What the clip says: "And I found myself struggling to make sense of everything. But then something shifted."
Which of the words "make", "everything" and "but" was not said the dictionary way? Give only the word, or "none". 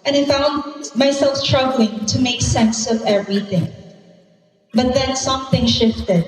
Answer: none